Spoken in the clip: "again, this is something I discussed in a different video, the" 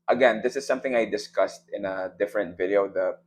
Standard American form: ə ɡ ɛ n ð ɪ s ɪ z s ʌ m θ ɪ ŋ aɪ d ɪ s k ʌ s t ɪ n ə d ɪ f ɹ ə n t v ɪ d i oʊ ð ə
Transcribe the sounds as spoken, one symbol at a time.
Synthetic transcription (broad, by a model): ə ɡ ɛ n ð ɪ s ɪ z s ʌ m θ ɪ ŋ aɪ d ɪ s k ʌ s t ɪ n ə d ɪ f ɹ ə n t v ɪ d i oʊ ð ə